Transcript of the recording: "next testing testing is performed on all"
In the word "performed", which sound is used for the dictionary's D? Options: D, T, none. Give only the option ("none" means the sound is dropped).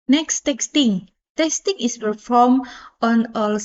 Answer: none